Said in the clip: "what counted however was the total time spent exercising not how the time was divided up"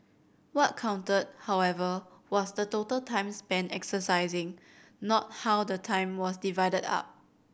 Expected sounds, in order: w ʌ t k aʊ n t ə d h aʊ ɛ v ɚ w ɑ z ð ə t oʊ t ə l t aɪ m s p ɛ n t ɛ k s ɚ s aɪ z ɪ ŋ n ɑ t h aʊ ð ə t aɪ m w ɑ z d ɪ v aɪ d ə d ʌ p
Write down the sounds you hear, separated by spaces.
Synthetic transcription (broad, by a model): w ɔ t k aʊ n t ə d h aʊ ɛ v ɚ w ɑ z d ə t oʊ t ə l t aɪ m s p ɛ n ɛ k s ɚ s aɪ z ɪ ŋ n ɑ t h aʊ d ə t aɪ m w ɑ s d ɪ v aɪ d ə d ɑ p